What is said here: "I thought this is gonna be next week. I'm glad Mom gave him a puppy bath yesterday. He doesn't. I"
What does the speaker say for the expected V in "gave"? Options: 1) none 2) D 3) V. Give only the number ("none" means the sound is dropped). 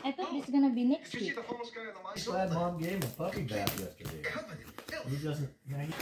1